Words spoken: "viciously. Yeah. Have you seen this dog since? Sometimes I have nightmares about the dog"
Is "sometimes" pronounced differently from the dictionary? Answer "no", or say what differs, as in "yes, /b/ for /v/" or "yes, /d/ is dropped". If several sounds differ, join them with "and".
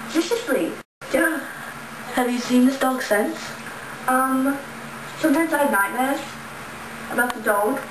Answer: no